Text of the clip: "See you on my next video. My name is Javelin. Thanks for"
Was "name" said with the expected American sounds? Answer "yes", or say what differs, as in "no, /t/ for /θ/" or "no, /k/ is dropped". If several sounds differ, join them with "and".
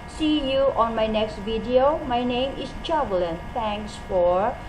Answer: yes